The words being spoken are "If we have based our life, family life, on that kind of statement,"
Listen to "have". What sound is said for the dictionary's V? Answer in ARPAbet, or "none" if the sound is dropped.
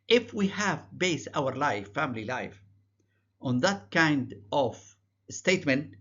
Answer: V